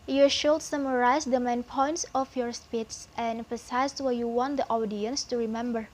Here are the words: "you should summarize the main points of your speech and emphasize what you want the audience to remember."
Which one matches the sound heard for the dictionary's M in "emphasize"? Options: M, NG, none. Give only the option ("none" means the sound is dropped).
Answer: none